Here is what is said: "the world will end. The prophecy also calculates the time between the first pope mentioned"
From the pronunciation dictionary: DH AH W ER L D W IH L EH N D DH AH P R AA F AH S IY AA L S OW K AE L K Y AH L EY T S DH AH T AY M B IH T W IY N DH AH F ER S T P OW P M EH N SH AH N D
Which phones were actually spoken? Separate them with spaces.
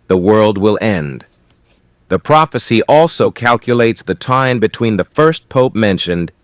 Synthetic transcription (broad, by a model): DH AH W ER L D W IH L EH N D DH AH P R AA F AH S IY AA L S OW K AE L K Y AH L EY T S DH AH T AY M B IH T W IY N DH AH F ER S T P OW P M EH N SH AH N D